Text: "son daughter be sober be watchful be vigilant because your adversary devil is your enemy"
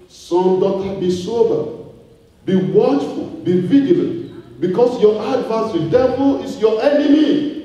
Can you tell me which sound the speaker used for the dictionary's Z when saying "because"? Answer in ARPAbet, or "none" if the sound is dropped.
S